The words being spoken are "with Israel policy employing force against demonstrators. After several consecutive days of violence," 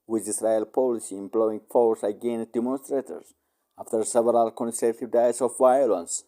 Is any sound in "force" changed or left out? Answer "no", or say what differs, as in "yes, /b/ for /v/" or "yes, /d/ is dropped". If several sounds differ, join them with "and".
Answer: no